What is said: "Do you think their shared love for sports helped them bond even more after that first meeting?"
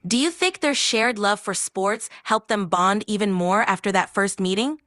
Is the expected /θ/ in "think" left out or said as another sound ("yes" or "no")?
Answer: no